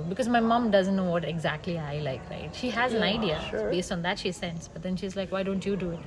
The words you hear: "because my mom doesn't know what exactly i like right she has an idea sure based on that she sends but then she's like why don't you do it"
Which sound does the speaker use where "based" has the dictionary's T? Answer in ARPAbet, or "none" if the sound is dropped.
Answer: T